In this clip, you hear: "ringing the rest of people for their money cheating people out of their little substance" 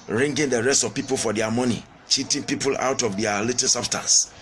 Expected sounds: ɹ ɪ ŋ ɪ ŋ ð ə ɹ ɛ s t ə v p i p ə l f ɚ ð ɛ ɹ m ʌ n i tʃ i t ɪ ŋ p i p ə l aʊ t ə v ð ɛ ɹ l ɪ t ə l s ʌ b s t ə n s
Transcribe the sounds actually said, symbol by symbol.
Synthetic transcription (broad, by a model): ɹ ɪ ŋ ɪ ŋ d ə ɹ ɛ s t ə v p i p ə l f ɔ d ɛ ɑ m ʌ n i tʃ i t ɪ ŋ p i p ə l aʊ t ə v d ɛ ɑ l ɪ t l s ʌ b s t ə n s